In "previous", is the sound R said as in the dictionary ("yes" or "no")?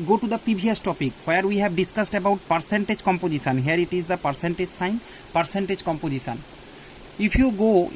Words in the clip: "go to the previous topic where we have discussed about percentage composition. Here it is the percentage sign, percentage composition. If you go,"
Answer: no